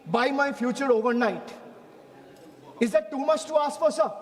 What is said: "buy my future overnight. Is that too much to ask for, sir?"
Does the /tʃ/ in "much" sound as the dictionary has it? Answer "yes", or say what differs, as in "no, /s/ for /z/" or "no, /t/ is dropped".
no, /s/ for /tʃ/